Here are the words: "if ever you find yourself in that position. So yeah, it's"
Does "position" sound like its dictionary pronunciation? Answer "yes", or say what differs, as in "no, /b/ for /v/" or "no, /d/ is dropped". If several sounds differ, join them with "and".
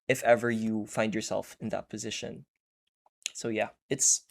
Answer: yes